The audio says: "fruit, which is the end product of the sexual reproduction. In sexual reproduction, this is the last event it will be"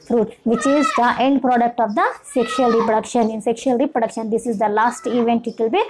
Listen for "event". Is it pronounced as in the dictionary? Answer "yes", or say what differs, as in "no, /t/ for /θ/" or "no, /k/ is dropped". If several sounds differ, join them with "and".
yes